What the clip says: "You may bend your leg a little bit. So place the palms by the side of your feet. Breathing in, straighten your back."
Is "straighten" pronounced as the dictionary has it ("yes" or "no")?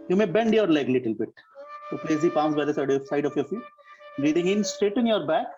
no